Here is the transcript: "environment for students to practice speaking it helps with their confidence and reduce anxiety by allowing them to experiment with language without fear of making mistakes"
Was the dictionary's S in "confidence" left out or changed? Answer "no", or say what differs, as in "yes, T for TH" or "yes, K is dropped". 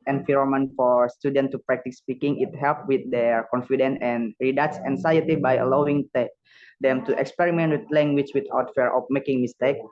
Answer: yes, S is dropped